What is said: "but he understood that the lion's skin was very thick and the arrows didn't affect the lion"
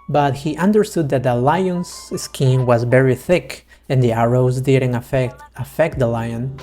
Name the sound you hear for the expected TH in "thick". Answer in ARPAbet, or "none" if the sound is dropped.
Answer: TH